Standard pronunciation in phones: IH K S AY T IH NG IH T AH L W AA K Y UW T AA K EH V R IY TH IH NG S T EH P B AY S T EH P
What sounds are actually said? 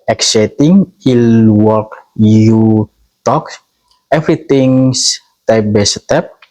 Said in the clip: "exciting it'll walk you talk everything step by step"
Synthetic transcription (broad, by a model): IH K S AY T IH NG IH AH L W AA K Y UW T AA K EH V R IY T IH NG S T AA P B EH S T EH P